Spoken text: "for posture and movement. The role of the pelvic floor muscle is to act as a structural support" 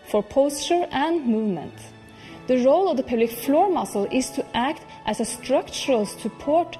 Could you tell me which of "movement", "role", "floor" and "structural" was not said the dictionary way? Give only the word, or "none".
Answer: none